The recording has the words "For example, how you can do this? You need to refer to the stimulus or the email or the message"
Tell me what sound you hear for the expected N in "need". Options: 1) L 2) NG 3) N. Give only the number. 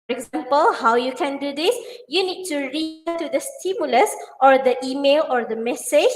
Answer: 3